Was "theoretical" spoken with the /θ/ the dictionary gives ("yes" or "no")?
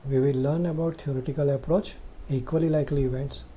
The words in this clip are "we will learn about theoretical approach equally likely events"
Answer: no